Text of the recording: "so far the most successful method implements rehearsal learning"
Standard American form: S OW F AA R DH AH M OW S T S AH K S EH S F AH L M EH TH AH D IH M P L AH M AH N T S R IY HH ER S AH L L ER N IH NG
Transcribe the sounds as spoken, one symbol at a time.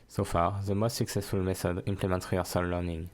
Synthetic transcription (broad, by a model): S OW F AA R DH AH M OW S T S AH K S EH S F AH L M EH TH AH D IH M P L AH M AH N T R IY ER S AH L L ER N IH NG